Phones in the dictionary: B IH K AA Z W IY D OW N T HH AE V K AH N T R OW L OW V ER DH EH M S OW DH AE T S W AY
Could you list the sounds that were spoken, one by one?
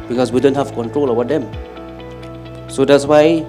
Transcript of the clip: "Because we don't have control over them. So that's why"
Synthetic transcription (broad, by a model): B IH K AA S W IY D OW N T HH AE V K AH N T R OW L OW B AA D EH M S OW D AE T S W AY